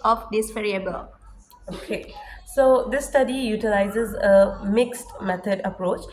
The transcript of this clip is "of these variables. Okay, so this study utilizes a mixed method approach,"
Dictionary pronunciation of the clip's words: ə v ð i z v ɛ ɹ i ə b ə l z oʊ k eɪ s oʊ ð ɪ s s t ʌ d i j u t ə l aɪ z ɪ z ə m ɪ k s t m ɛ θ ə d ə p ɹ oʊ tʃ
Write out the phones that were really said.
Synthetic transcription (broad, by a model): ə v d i s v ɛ ɹ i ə b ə l oʊ k eɪ s oʊ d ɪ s s t ʌ d i j u t ə l aɪ z ɪ z ə m ɪ k s t m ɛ t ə d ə p ɹ oʊ tʃ